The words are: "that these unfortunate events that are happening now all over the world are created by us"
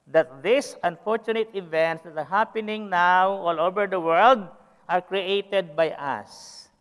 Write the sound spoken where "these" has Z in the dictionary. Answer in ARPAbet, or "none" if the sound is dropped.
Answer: S